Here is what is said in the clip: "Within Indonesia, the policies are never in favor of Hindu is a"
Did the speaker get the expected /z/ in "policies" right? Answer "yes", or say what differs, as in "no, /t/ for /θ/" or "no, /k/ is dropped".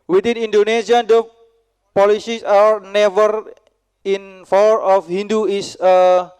no, /s/ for /z/